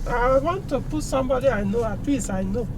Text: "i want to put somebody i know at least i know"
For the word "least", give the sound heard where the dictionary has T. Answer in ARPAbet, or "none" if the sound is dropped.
none